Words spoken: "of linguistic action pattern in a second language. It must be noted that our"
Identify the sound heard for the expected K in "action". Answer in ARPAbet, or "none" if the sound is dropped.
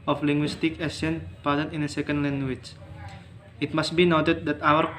none